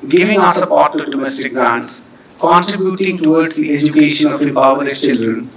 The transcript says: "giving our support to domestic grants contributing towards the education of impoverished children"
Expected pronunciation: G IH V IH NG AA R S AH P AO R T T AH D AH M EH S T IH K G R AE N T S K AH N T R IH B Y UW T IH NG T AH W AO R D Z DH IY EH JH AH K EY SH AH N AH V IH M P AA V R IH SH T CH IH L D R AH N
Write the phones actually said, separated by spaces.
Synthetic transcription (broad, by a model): G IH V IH NG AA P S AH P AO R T T AH D AH M EH S T IH K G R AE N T S K AH N T R IH B Y UW T IH NG T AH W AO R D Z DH IY EH JH AH K EY SH AH N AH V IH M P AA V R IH T CH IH L D R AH N